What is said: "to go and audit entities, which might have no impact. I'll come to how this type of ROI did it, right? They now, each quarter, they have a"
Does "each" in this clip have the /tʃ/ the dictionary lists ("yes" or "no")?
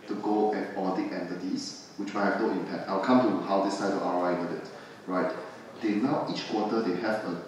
yes